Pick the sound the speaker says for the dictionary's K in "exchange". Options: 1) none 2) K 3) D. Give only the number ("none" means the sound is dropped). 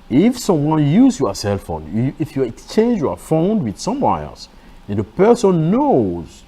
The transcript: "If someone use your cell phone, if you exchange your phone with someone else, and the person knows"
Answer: 2